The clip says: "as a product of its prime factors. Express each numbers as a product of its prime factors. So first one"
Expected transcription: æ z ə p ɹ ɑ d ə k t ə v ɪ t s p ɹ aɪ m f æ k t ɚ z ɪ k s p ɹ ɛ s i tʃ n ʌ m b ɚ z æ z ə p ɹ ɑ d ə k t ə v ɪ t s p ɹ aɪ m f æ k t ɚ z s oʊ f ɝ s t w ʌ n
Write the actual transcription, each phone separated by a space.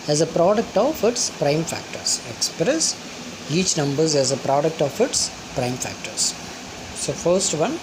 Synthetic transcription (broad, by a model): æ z ə p ɹ ɑ d ə k t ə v ɪ t s p ɹ aɪ m f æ k t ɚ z ɪ k s p ɹ ɛ s i tʃ n ʌ m b ɚ z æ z ə p ɹ ɑ d ə k t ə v ɪ t s p ɹ aɪ m f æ k t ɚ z s oʊ f ɝ s t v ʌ n